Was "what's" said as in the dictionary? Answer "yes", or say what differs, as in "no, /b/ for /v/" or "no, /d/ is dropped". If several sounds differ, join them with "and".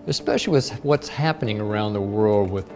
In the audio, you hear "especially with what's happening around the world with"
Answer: yes